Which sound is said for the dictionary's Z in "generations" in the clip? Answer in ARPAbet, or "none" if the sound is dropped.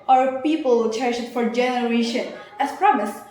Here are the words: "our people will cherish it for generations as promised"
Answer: none